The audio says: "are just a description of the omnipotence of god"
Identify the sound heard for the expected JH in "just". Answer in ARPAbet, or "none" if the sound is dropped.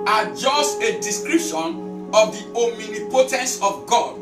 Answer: JH